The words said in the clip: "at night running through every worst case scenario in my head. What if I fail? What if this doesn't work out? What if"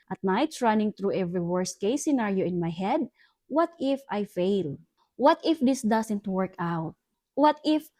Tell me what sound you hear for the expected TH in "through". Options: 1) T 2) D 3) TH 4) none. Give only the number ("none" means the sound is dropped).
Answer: 1